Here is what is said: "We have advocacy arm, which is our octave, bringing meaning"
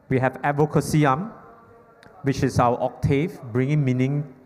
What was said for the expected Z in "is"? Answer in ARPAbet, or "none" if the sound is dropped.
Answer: S